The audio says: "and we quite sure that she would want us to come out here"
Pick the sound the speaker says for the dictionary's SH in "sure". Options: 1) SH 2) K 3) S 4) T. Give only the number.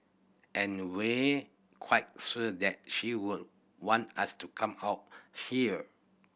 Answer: 3